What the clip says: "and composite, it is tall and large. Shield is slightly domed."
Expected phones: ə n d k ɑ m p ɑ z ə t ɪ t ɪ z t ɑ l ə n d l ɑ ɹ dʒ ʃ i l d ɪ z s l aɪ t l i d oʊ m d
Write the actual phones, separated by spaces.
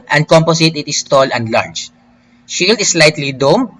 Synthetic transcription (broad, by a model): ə n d k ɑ m p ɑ s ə t ɪ t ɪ s t ɑ l ə n d l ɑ ɹ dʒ ʃ i l d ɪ s l aɪ t l i d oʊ m